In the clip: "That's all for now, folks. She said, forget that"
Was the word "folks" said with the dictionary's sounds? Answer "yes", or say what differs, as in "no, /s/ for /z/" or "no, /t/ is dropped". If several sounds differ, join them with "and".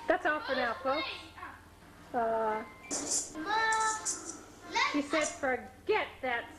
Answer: no, /k/ is dropped